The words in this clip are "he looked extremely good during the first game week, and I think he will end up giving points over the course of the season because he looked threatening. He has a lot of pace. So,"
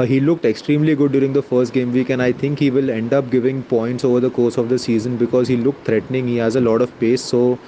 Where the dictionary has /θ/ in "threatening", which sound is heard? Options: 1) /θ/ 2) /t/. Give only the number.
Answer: 2